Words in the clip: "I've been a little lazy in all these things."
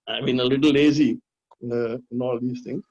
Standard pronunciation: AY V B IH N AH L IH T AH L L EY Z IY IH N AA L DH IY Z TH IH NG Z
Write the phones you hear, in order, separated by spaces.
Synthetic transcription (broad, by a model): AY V B IH N AH L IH T L L EY Z IY IH N AA L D IY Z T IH NG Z